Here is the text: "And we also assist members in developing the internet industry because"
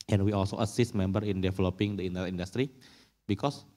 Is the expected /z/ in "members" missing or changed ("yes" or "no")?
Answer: yes